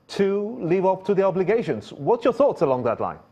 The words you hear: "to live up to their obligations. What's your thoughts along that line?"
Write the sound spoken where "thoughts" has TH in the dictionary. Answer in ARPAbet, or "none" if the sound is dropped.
TH